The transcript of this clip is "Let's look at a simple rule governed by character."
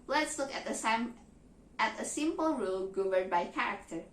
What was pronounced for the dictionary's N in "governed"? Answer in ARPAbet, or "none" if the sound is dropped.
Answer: none